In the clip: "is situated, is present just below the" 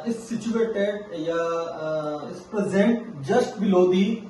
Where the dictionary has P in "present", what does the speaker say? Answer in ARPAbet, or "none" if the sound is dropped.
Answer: P